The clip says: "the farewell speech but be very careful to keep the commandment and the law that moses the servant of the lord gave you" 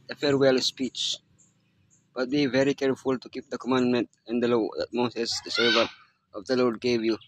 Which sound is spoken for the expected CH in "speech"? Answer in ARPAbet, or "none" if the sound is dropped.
CH